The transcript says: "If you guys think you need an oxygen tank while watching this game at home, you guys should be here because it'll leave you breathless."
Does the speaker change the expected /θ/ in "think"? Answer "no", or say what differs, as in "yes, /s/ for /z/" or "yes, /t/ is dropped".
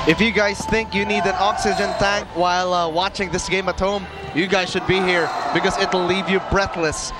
no